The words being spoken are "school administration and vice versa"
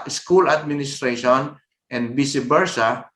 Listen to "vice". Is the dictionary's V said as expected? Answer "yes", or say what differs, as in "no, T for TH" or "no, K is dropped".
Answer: no, B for V